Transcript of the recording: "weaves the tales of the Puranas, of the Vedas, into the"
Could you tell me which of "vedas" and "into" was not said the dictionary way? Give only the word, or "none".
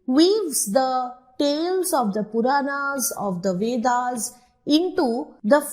none